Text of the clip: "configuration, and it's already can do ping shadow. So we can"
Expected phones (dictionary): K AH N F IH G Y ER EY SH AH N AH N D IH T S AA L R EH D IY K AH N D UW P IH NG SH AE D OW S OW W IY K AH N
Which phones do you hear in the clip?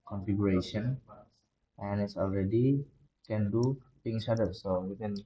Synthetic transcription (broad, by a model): K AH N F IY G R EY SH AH N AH N IH T S AA L R EH D IY K AH N D UW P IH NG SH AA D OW S OW W IY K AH N